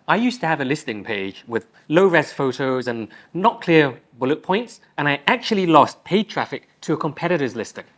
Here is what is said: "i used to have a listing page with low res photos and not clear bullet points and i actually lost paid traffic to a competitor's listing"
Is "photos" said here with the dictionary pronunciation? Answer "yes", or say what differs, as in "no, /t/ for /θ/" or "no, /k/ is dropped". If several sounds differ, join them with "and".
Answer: yes